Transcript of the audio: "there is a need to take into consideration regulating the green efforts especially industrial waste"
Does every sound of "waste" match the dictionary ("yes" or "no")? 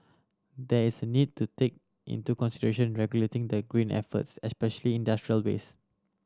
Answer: no